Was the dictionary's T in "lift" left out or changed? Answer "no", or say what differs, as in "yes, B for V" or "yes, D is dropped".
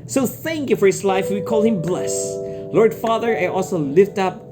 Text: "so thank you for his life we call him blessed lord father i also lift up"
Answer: no